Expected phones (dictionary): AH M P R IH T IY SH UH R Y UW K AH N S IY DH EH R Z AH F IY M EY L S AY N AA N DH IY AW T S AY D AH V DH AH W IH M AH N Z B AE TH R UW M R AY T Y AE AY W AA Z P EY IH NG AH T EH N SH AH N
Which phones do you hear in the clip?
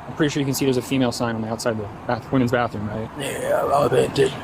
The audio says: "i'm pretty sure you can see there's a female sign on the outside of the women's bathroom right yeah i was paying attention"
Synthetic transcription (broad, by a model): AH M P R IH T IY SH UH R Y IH K AH N S IY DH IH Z AH F IY M EY L S AY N N DH IY AW T S AY D AH V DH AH W IH M AH N Z B AE TH R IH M R AY T Y AE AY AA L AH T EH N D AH